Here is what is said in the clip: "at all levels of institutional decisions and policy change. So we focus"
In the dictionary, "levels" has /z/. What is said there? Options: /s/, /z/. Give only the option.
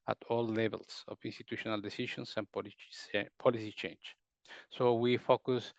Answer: /s/